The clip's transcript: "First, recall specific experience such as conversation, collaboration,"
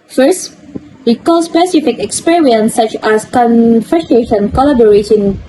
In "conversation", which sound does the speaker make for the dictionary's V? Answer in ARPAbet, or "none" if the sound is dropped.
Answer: F